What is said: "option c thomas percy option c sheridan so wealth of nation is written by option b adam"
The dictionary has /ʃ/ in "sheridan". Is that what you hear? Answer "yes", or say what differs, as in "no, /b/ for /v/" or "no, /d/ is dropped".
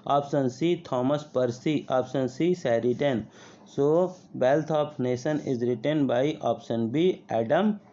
no, /s/ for /ʃ/